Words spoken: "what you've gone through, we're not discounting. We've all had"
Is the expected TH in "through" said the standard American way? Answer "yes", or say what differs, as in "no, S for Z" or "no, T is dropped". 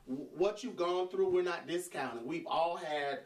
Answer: yes